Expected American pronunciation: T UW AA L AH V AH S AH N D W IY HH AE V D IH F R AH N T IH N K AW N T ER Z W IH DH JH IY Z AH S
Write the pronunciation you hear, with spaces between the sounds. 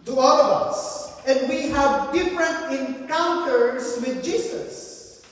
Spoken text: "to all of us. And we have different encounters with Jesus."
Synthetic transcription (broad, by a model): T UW AA L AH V AH S AH N D W IY HH AE V D IH F R AH N T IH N K AW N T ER S W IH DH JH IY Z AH S